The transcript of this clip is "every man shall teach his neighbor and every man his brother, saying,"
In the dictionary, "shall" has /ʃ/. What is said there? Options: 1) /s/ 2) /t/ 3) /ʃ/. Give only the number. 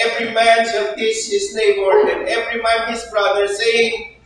1